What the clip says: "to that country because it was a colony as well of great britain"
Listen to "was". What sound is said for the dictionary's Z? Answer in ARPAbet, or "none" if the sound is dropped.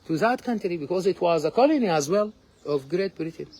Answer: Z